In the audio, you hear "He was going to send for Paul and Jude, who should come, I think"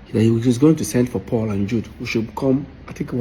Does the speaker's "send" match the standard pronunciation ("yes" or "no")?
yes